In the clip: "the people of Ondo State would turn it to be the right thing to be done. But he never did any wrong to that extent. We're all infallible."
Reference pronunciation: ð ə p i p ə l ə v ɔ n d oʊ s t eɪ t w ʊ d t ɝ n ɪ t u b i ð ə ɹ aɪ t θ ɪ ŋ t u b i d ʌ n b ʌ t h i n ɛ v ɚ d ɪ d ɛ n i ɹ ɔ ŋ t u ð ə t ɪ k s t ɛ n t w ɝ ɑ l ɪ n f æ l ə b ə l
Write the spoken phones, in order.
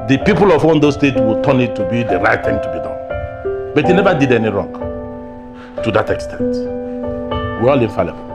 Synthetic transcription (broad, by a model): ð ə p i p ə l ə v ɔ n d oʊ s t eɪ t w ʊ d t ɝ n ɪ t u b i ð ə ɹ aɪ t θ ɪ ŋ t u b i d ʌ n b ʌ t h i n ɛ v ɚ d ɪ d ɛ n i ɹ ɔ ŋ t u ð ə t ɪ k s t ɛ n t w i ɑ l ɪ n f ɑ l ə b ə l